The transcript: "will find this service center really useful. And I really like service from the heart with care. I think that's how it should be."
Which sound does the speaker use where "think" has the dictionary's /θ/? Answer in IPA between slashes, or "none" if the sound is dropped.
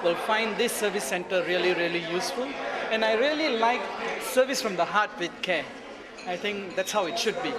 /t/